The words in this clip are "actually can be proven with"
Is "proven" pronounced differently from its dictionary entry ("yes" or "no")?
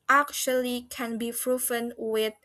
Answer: yes